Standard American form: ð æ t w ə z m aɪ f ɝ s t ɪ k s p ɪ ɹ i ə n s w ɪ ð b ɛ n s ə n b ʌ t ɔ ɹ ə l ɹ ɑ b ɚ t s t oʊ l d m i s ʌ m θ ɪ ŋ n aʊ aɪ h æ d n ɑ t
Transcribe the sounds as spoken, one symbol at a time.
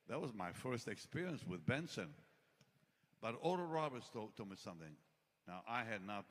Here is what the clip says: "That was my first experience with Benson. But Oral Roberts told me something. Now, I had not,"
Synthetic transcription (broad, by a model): ð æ t w ə z m aɪ f ɝ s t ɪ k s p ɪ ɹ i ə n s w ɪ ð b ɛ n s ə n b ʌ t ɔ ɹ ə ɹ ɑ b ɚ t s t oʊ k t m i s ʌ m θ ɪ ŋ n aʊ aɪ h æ d n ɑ t